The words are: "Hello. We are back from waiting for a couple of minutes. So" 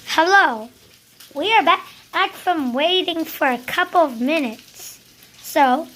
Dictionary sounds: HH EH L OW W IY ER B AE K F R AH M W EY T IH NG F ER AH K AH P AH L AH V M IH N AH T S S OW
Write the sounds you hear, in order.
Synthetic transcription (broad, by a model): HH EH L OW W IY ER B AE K F R AH M W EY T IH NG F ER AH K AH P L AH V M IH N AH T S S OW